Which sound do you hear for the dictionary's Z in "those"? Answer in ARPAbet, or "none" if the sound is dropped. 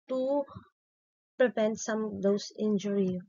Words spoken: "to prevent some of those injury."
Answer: S